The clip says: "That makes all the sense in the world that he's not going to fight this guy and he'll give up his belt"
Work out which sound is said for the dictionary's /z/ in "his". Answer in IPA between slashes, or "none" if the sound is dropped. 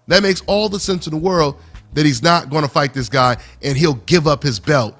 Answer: /z/